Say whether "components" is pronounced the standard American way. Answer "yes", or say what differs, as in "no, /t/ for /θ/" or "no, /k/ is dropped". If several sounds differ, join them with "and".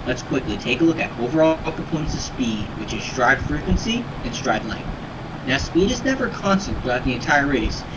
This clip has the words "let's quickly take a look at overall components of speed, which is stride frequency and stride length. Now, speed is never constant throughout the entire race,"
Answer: no, /m/ is dropped and /n/ is dropped